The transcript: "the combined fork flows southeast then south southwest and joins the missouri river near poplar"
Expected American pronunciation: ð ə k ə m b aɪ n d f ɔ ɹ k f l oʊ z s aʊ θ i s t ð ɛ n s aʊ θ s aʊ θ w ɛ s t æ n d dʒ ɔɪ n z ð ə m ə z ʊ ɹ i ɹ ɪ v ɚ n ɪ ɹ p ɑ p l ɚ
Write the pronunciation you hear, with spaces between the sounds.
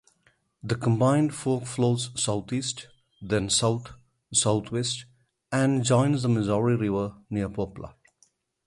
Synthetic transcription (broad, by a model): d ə k ə m b aɪ n d f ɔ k f l oʊ z s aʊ t i s t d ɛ n s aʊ t s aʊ t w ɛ s t æ n d dʒ ɔɪ n z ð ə m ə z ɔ ɹ i ɹ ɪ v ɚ n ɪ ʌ p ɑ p l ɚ